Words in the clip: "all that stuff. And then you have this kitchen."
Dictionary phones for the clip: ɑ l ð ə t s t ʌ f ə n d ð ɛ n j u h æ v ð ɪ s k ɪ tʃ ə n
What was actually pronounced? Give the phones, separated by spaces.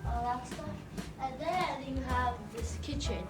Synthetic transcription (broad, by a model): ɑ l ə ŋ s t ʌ ə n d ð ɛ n j u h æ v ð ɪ s k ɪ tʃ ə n